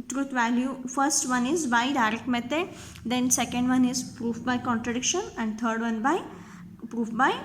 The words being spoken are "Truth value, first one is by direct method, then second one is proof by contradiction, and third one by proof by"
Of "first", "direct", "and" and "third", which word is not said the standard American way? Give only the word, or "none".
third